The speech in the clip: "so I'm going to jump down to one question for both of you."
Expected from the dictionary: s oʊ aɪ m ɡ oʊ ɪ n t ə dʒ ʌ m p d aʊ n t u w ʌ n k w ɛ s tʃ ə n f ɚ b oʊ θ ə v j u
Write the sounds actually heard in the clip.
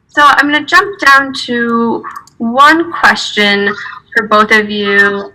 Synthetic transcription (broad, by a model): s oʊ aɪ m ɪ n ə dʒ ʌ m p d aʊ n t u w ʌ n k w ɛ s tʃ ə n f ɚ b oʊ θ ə v j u